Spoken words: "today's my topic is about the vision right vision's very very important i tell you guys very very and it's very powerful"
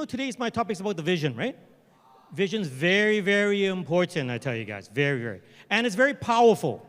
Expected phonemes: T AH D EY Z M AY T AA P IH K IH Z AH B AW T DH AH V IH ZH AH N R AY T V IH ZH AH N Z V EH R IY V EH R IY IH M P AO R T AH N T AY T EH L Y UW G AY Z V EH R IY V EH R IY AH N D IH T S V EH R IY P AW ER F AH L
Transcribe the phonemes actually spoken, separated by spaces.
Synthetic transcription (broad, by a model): T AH D EY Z M AY T AA P IH K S AH B AW T DH AH V IH ZH AH N R AY T V IH ZH AH N Z V EH R IY V EH R IY IH M P AO R T AH N T AY T EH L Y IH G AY Z V EH R IY V EH R IY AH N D IH T S V EH R IY P AW ER F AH L